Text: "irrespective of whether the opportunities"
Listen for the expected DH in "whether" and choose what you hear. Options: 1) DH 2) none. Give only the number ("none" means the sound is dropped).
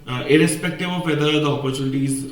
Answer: 2